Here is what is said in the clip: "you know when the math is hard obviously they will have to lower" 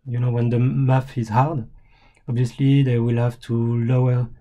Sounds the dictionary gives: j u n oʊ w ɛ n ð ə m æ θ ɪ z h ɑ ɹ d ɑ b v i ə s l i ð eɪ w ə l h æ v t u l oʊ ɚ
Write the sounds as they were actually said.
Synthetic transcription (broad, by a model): j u n oʊ w ɛ n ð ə m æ f ɪ z h ɑ ɹ d ɑ b v i ə s l i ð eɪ w ə l h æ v t u l oʊ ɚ